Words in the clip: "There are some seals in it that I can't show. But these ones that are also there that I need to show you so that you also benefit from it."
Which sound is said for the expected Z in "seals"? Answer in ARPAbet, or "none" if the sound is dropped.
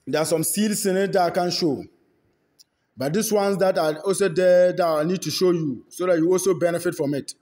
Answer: S